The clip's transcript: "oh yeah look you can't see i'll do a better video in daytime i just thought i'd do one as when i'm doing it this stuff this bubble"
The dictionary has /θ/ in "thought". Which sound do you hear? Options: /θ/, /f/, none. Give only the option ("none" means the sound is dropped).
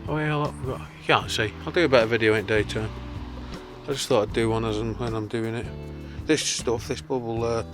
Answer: /θ/